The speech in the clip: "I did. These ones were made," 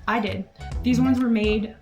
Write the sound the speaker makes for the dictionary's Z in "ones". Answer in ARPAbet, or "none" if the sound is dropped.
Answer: Z